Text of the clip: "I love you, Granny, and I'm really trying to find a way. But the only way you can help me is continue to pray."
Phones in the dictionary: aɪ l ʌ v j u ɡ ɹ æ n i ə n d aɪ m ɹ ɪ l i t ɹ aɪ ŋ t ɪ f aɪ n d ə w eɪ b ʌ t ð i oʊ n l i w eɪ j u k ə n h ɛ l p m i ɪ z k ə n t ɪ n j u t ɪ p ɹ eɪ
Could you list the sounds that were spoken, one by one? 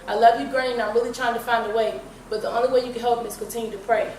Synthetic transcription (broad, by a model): aɪ l ʌ v j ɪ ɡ ɹ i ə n aɪ m ɹ ɪ l i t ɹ aɪ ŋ t ɪ f aɪ n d ə w eɪ b ʌ t ð i oʊ n l i w eɪ j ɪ k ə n h ɛ l p m i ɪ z k ə n t ɪ n j u t ɪ p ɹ eɪ